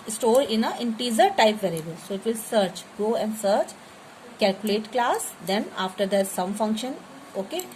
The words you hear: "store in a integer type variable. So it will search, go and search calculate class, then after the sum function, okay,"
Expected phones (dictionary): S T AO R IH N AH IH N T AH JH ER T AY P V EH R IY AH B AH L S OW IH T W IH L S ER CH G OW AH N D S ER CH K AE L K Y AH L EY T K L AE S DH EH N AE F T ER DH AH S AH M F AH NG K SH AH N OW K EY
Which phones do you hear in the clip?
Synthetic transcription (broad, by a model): S T AO R IH N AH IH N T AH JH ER T AY P V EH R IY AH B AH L S OW IH T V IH L S ER CH G OW AH N D S ER CH K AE L K Y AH L EY T K L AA S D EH N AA F T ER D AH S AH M F AH NG K SH AH N OW K EY